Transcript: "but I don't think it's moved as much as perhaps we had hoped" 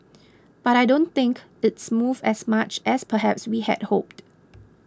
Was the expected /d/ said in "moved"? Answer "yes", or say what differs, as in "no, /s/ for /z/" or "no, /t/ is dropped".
no, /d/ is dropped